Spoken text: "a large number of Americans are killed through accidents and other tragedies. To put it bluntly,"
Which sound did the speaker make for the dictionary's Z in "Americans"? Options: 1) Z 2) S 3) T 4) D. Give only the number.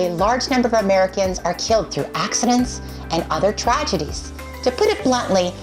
1